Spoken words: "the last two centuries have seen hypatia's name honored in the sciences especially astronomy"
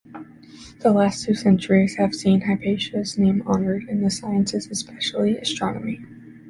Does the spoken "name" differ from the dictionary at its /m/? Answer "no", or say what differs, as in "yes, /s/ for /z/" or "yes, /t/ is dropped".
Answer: no